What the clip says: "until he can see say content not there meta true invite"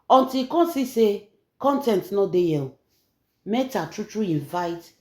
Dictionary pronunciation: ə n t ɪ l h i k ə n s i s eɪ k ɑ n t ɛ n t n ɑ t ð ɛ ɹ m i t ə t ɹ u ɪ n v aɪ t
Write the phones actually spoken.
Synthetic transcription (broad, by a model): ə n t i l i k ə n s i s eɪ k ɑ n t ɛ n t n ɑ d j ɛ l m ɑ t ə t ɹ u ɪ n v aɪ t